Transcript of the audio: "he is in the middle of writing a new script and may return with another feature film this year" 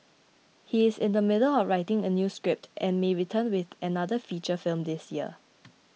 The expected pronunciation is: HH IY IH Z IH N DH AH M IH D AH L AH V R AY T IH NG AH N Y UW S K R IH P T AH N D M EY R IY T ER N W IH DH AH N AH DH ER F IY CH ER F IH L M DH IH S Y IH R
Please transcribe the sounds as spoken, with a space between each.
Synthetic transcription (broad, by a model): HH IY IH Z IH N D AH M IH D AH L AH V R AY T IH NG AH N Y UW S K R IH P T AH N M EY R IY T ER N W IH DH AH N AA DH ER F IY CH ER F IH L M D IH S Y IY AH